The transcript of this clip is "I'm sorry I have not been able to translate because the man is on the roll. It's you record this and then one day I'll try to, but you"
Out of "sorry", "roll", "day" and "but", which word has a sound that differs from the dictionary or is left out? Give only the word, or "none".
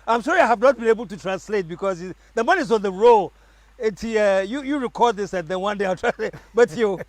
sorry